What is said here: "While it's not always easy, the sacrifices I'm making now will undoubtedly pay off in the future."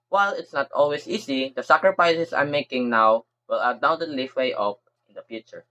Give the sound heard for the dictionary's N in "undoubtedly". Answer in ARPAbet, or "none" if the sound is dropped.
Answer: none